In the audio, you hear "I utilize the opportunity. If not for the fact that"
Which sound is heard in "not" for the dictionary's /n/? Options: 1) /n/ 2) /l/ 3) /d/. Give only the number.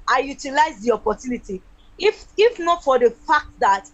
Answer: 1